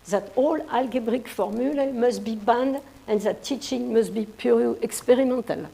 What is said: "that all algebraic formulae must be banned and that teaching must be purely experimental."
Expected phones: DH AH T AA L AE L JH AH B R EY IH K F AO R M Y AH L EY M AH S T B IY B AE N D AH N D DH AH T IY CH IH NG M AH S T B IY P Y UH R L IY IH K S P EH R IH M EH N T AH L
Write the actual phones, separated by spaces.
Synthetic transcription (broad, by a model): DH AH T AA L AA L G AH B R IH K F AO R M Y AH L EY M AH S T B IY B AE N D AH N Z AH T IY CH IH NG M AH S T B IY P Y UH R IY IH K S P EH R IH M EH N T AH L